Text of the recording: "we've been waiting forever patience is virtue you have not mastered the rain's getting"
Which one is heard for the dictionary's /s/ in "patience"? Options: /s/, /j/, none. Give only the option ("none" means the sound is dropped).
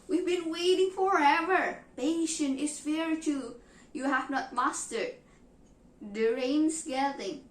none